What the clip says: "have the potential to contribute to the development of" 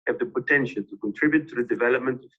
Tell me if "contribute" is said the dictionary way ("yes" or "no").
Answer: yes